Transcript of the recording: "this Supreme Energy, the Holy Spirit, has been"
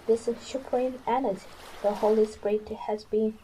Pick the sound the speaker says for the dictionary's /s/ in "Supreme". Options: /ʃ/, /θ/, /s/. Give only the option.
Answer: /ʃ/